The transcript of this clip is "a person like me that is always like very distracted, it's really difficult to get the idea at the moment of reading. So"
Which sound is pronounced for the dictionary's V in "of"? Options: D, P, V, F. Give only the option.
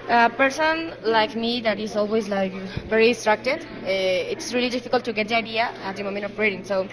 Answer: P